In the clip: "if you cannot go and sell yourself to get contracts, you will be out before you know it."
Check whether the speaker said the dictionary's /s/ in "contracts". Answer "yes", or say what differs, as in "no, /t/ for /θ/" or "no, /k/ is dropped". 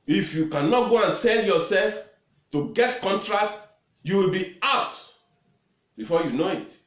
no, /s/ is dropped